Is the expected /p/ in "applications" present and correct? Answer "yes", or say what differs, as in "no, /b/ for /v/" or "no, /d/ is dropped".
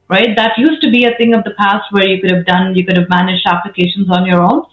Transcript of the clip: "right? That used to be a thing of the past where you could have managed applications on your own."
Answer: yes